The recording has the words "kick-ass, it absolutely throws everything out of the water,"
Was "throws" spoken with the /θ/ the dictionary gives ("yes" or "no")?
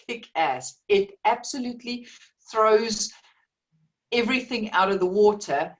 yes